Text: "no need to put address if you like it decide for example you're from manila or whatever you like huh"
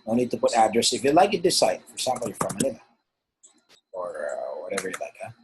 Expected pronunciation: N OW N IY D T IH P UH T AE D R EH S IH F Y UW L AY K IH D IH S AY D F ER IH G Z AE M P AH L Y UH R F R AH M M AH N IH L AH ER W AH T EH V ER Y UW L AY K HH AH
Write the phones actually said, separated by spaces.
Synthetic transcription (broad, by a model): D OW N IY D T IH P UH T AE D R EH S IH F Y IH L AY K IH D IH S AY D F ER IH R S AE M B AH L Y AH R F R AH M M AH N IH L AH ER W AH T EH V ER Y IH L AY K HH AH